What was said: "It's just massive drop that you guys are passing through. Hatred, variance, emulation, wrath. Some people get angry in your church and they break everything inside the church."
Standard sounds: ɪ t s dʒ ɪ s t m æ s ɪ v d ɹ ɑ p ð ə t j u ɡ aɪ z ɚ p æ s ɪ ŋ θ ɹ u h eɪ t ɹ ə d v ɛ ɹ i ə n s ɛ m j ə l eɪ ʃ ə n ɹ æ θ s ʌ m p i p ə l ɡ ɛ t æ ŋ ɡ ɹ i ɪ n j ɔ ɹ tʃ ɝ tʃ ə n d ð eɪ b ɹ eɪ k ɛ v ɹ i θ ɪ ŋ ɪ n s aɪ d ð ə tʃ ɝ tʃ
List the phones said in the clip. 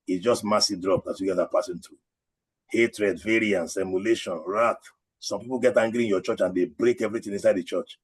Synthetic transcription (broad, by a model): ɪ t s dʒ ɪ s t m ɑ s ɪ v d ɹ ɑ p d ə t j u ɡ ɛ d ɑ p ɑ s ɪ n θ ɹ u h eɪ t ɹ ə d v ɛ ɹ i ə n s ɛ m j ə l eɪ ʃ ə n ɹ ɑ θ s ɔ m p i p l ɡ ɛ t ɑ ŋ ɡ ɹ i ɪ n j ɔ tʃ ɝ tʃ ə n d eɪ b ɹ eɪ k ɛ v ɹ i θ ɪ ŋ ɪ n s aɪ d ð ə tʃ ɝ tʃ